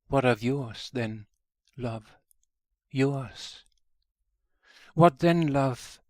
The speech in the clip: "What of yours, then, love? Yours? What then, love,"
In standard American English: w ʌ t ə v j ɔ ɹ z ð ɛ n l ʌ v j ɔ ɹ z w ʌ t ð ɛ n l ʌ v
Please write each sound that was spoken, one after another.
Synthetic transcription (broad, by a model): w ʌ t ə v j ɔ ɹ z ð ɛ n l ʌ v j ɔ ɹ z w ʌ t ð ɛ n l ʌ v